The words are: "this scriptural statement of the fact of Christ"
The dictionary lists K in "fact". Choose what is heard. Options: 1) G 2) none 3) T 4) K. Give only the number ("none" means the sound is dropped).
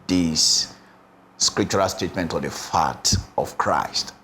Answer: 2